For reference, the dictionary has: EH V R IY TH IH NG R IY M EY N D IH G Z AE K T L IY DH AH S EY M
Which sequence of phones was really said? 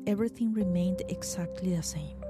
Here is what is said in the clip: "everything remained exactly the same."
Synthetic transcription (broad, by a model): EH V R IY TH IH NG R IY M EY N D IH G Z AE K T L IY DH AH S EY M